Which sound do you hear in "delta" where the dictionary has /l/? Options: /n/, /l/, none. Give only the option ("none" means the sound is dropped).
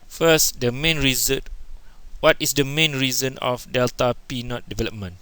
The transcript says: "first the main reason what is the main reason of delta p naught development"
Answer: /l/